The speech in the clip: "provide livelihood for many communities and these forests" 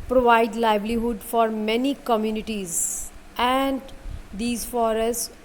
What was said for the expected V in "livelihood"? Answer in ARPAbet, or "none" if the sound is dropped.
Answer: B